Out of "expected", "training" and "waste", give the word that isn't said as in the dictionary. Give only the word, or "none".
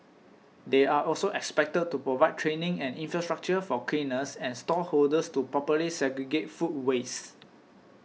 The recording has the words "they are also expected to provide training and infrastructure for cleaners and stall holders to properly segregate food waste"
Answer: waste